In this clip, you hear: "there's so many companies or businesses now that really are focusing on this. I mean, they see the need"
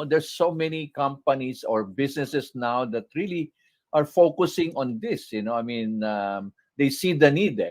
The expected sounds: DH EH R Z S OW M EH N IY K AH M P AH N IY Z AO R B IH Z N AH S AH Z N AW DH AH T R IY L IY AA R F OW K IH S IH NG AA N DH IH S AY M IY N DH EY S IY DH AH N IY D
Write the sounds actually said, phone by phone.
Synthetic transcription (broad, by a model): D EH R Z S OW M EH N IY K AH M P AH N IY S AO R B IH S N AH S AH S N AW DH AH T R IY L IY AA R F OW K IH S IH NG AA N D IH S AY M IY N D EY S IY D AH N IY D